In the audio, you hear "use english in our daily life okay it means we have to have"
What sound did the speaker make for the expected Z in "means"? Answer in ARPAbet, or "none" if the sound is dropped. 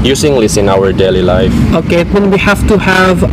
none